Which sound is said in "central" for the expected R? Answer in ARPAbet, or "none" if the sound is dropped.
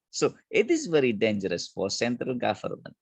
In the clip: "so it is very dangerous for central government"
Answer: R